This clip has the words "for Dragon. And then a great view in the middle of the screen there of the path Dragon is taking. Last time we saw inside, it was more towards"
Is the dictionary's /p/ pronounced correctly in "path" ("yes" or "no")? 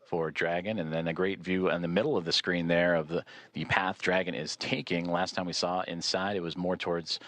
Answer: yes